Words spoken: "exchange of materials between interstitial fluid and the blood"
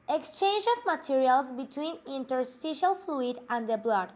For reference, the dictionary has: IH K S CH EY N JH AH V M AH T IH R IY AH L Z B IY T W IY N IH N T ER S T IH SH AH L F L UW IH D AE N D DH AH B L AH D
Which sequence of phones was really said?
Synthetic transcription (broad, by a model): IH K S CH EY N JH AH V M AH T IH R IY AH L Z B IY T W IY N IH N T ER S T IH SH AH L F L UW IH D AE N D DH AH B L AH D